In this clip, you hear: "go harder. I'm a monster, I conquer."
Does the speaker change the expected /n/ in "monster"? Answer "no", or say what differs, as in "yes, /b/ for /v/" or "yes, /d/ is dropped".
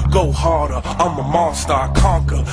yes, /n/ is dropped